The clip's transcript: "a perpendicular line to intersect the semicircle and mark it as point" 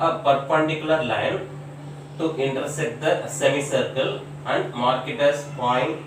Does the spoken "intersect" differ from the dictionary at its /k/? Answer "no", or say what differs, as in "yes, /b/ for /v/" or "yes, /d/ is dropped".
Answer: yes, /k/ is dropped